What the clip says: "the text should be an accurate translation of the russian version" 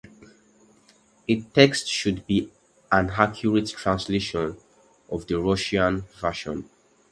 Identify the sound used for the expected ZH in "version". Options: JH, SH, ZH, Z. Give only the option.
SH